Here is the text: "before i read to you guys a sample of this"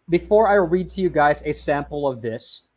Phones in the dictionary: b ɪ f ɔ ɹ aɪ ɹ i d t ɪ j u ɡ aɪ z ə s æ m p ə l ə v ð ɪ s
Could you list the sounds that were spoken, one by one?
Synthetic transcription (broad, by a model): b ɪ f ɔ ɹ aɪ ɹ i d t ɪ j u ɡ aɪ z ə s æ m p l ə v ð ɪ s